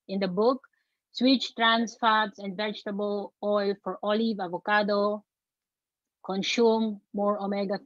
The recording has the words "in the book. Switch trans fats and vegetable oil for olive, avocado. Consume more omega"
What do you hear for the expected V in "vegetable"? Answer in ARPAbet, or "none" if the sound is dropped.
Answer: V